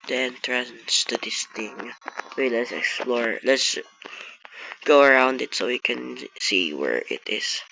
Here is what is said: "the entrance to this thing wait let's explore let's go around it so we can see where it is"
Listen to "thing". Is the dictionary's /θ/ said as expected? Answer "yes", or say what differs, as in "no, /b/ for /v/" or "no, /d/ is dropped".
no, /t/ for /θ/